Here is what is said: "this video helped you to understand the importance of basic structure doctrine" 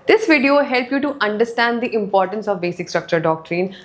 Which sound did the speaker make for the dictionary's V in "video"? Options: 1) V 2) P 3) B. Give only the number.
1